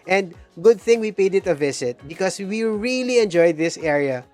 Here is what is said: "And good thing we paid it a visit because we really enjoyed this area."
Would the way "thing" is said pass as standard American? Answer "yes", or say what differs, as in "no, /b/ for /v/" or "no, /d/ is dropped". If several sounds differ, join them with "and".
yes